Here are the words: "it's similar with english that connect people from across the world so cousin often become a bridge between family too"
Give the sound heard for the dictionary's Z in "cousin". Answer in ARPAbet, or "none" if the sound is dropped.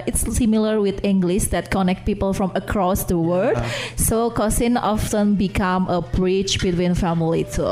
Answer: S